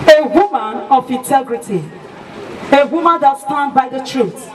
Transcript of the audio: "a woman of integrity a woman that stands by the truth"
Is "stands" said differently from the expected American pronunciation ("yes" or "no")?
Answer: yes